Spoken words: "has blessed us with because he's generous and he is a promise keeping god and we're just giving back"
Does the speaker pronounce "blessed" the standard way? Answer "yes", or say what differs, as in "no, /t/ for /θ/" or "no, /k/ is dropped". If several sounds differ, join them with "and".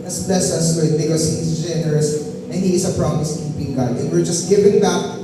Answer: no, /t/ is dropped